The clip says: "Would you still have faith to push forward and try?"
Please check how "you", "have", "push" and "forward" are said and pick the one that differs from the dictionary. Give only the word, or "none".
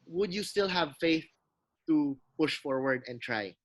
none